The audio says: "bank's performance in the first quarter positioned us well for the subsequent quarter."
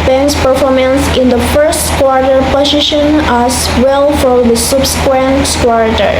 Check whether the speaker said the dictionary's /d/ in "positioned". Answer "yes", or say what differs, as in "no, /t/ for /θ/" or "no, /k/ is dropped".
no, /d/ is dropped